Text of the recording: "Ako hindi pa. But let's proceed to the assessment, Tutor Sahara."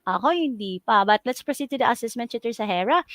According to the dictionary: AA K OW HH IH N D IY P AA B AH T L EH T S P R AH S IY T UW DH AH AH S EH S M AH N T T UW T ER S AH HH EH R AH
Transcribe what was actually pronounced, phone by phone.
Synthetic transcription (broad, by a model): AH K OW HH IH N D IY P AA B AH T L EH T S P R AH S IY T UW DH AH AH S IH S M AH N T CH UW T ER S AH HH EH R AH